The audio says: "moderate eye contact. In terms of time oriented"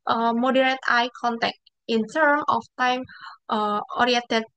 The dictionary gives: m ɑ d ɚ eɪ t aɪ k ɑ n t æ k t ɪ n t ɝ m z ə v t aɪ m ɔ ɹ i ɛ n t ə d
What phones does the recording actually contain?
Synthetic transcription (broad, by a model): m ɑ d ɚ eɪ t aɪ k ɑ n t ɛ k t ɪ n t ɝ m ə f t aɪ m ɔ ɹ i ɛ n t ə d